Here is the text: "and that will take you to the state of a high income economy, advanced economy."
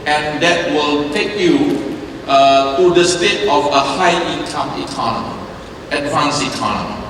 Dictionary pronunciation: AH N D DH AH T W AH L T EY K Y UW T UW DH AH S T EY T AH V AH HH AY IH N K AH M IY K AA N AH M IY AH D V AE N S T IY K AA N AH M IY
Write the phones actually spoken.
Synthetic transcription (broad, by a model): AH N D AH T W AH L T EY K Y UW T UW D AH S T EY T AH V AH HH AY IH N K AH M IY K AA N AH M IY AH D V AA N S IY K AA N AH M IY